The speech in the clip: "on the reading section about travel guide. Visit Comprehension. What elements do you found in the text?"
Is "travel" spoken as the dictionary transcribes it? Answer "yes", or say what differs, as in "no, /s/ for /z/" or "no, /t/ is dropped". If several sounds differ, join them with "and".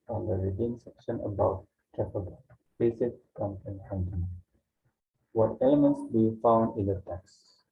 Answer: no, /p/ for /v/